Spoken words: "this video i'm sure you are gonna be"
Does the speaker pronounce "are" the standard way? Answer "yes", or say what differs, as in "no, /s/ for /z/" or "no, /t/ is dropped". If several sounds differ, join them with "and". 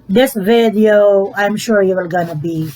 no, /l/ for /ɹ/